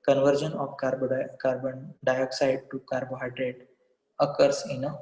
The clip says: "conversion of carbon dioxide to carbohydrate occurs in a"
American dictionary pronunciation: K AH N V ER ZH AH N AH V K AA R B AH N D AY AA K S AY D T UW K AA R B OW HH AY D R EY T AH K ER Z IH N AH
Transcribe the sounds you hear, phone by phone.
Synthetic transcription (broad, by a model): K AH N V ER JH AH N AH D K AA R B AH N D AY AA K S AY D T UW K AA R B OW HH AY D R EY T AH K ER S IH N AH